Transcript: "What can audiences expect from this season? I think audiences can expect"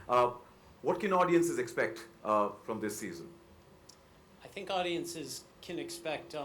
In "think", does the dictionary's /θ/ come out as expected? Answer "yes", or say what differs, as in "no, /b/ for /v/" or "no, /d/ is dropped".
yes